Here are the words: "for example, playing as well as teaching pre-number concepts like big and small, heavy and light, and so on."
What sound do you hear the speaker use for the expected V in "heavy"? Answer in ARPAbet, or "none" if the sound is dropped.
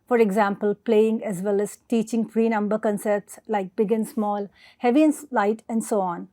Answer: V